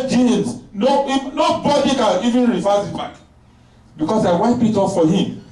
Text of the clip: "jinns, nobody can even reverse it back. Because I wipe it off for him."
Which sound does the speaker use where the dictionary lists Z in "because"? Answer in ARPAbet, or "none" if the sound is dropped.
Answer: S